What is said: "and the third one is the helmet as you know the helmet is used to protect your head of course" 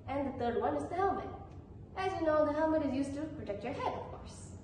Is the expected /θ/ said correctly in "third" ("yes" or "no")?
no